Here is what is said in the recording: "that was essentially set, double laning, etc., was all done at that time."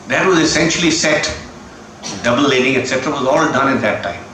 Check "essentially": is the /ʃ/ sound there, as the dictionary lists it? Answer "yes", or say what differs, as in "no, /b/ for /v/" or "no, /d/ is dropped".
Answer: yes